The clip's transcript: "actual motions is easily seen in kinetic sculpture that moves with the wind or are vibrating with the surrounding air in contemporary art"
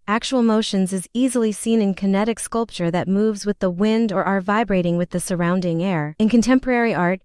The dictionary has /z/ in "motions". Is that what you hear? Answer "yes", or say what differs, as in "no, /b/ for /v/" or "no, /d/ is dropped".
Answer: yes